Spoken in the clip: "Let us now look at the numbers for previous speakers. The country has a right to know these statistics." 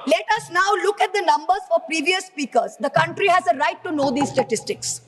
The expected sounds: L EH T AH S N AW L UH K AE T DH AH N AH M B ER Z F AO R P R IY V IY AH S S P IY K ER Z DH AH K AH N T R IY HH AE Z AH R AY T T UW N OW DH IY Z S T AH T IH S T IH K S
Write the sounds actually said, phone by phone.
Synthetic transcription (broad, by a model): L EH T AH S N AW L UH K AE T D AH N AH M B ER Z F AO R P R IY V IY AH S S P IY K ER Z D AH K AH N T R IY HH AE Z AH R AY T T UW N OW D IY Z S T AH T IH S T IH K S